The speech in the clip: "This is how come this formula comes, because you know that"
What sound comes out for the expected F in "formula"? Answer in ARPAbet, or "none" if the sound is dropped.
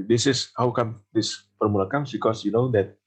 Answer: P